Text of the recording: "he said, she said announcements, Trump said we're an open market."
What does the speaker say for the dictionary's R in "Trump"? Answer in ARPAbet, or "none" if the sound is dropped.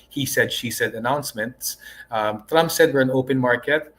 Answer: R